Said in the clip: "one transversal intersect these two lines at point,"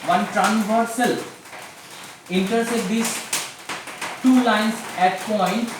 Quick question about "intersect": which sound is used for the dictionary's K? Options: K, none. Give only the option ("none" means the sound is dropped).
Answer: none